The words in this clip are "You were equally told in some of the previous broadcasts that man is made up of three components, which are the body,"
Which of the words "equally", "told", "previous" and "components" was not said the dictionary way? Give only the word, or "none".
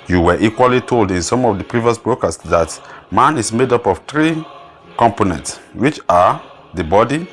none